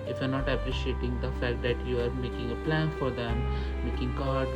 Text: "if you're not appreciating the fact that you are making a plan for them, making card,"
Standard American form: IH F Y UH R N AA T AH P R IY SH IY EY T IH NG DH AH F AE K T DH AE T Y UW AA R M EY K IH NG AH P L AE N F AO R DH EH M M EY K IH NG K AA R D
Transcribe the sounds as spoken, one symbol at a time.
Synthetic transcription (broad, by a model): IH F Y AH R N AA T AH P R IY SH IY EY T IH NG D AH F AE K T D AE T Y UW AA R M EY K IH NG AH P L AE N F AO R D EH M M EY K IH NG K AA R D